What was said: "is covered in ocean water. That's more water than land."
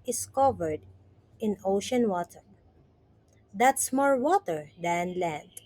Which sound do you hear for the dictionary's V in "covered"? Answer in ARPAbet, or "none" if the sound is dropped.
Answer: V